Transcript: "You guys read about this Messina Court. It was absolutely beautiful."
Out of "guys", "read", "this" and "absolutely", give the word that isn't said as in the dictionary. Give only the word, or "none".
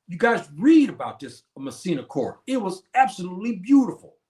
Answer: none